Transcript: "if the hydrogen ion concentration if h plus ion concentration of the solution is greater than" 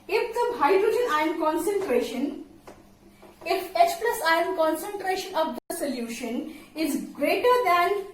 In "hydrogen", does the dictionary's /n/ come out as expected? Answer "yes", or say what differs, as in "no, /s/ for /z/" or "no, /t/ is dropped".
yes